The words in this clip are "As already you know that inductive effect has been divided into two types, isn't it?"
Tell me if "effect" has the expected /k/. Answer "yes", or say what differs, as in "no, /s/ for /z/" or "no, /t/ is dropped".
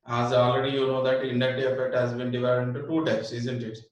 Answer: yes